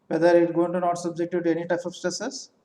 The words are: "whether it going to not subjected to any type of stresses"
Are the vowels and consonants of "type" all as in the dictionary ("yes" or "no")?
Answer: yes